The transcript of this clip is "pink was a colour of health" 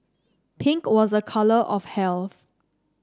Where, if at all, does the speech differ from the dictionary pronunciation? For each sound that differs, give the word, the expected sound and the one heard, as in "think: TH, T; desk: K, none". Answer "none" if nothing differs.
none